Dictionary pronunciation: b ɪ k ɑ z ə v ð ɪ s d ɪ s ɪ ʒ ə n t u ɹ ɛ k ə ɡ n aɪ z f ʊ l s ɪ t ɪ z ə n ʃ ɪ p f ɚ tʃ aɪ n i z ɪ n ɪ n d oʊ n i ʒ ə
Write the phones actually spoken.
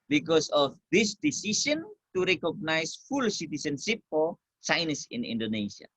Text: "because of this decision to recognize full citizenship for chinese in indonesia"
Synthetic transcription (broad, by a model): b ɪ k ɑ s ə f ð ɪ s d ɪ s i s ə n t u ɹ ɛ k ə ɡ n aɪ s f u l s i t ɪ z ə n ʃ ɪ p f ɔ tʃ aɪ n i s ɪ n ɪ n d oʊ n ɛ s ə